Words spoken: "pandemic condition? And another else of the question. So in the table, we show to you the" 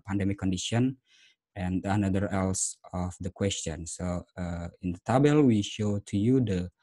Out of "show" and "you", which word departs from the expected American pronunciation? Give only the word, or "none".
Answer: none